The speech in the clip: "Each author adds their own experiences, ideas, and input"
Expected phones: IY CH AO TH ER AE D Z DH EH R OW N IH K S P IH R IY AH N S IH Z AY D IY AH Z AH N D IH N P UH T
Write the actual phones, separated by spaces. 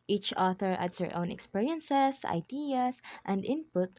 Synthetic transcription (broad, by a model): IY CH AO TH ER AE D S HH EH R OW N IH K S P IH R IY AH N S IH S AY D IY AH S AH N D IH N P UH T